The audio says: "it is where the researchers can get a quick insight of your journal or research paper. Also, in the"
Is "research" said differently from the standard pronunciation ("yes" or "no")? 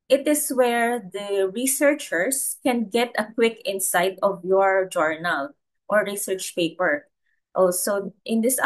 no